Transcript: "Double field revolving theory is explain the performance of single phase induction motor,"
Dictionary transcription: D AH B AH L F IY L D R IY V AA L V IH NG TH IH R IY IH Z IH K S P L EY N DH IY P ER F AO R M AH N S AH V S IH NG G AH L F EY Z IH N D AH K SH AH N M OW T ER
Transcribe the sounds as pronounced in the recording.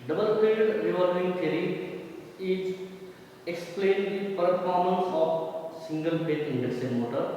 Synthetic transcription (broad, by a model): D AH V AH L P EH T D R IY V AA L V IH NG T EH R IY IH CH IH K S P L EY N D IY P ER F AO R M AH N S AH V S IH NG G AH L P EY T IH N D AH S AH M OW T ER